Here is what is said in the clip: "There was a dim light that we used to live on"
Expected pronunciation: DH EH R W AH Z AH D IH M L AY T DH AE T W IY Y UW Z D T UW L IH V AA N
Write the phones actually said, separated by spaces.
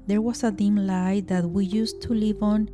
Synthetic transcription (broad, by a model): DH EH R W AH S AH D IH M L AY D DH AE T W IY Y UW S T UW L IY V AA N